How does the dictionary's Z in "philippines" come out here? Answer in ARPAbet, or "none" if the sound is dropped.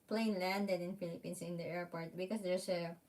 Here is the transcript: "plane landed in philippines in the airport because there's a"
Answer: S